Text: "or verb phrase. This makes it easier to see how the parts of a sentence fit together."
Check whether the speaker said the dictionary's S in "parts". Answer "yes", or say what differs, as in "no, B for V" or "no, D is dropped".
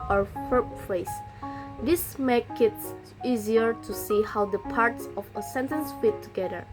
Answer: yes